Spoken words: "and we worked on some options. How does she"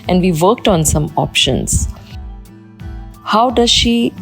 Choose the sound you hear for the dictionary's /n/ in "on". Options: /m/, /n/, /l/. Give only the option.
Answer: /n/